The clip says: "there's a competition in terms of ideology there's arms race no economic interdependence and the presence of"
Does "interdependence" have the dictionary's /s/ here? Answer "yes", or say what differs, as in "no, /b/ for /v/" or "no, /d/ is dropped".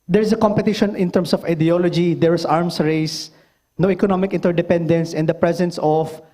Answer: yes